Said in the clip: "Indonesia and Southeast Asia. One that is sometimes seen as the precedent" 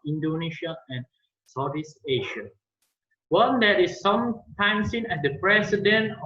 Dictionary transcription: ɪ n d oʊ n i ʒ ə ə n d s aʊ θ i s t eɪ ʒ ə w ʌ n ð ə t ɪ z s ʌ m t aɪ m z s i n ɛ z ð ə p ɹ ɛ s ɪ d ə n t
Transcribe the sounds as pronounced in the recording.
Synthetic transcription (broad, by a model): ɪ n d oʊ n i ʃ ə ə n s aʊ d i s eɪ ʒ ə w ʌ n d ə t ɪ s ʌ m t aɪ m s i n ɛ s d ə p ɹ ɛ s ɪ d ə n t